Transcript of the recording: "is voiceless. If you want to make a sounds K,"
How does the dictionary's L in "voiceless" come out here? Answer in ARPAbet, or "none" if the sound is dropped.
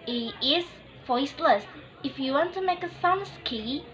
L